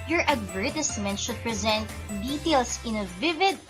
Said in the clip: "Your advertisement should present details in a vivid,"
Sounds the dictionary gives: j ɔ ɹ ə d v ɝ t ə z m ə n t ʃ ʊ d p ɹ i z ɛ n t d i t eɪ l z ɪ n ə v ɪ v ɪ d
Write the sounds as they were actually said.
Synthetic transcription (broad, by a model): j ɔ ɹ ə d v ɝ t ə s m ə n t ʃ ʊ d p ɹ i z ɛ n t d i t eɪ l s ɪ n ə v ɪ v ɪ d